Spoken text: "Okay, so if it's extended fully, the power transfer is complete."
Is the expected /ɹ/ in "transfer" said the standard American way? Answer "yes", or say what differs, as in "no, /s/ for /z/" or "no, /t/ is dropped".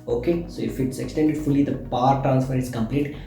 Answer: yes